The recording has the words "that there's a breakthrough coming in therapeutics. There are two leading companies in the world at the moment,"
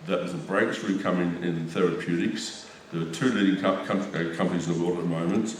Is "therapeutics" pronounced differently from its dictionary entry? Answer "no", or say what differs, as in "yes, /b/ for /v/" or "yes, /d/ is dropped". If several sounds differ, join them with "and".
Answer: no